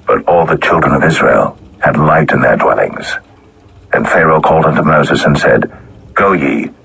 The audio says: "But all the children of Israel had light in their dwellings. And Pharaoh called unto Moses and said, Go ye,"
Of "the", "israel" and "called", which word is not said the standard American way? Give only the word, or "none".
none